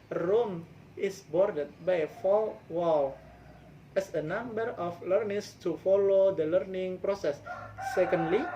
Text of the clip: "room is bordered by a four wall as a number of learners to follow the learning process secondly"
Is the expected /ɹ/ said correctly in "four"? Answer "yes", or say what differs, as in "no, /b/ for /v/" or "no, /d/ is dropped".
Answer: no, /l/ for /ɹ/